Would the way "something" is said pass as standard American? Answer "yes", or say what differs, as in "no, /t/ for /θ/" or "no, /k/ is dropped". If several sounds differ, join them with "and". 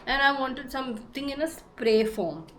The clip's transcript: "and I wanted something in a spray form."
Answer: no, /t/ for /θ/